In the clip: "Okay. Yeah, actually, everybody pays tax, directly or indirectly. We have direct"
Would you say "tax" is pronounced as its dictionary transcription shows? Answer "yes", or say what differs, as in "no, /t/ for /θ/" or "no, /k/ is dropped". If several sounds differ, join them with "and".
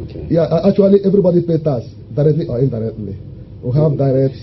no, /k/ is dropped